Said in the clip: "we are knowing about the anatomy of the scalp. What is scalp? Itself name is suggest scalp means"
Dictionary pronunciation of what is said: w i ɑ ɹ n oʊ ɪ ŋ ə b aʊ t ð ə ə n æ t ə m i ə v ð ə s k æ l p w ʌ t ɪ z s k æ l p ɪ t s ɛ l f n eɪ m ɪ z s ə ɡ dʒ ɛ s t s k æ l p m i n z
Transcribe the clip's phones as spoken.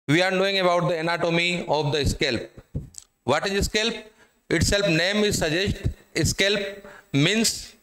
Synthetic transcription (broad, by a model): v i ɑ ɹ n oʊ ɪ ŋ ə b aʊ t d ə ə n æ t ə m i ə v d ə s k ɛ l p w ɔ t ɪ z s k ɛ l p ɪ t s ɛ l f n eɪ m ɪ z s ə dʒ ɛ s t s k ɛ l p m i n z